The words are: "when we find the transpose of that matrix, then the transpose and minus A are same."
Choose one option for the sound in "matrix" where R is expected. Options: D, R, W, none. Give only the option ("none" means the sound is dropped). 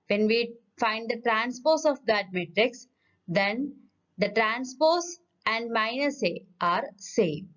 R